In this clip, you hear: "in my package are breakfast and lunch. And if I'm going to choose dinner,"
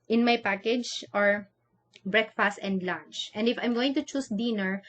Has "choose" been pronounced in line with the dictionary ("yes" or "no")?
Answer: no